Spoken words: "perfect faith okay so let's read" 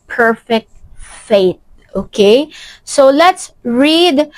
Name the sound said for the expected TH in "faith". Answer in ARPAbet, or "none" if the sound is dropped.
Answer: T